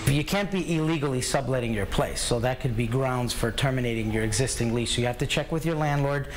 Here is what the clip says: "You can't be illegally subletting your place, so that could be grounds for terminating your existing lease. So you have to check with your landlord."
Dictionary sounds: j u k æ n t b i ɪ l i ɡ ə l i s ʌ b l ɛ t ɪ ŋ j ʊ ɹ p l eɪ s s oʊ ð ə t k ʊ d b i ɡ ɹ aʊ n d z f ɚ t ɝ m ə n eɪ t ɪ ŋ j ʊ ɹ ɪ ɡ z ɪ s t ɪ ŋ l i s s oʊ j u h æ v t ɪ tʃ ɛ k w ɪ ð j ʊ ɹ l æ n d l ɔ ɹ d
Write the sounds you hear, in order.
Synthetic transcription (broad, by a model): j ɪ k æ n t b i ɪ l i ɡ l i s ʌ b l ɛ t ɪ ŋ j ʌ ɹ p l eɪ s s oʊ ð ə t k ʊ d b i ɡ ɹ aʊ n d z f ɚ t ɝ m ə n eɪ t ɪ ŋ j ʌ ɹ ɪ ɡ z ɪ s t ɪ ŋ l i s s oʊ j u h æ f t ɪ tʃ ɛ k w ɪ ð j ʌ ɹ l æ n d l ɔ ɹ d